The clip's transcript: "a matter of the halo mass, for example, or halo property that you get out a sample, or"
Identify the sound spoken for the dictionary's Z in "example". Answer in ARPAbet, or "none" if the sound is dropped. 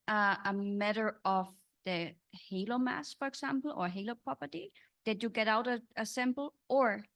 S